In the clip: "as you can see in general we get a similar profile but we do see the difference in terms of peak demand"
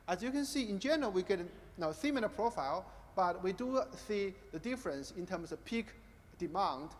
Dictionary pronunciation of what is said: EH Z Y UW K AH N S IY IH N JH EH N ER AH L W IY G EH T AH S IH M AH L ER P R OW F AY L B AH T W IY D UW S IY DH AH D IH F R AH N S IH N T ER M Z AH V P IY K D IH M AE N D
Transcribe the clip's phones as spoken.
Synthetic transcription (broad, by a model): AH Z Y UW K AH N S IY IH N JH EH N ER AH L W IY G EH T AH TH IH M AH N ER P R OW F AY L B AH T W IY D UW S IY DH AH D IH F R AH N S IH N T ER M S AH V P IY K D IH M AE N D